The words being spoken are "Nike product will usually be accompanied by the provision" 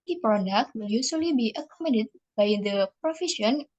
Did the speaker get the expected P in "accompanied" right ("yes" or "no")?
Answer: no